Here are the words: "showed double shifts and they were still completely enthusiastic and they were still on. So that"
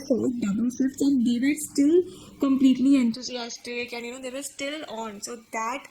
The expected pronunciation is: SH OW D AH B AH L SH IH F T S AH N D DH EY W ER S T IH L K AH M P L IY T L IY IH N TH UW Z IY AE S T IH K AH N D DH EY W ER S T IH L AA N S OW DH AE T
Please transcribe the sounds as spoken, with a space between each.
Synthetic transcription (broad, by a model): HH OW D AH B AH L S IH T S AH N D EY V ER S T IH L K AH M P L IY T L IY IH N T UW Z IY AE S T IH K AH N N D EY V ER S T IH L AA N S OW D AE T